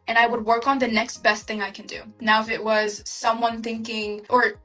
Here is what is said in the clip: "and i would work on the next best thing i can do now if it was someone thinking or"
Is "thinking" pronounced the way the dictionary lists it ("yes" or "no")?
yes